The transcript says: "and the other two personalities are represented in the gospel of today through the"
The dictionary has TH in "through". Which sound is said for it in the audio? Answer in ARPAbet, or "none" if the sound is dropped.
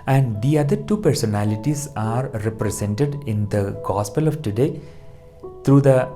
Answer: T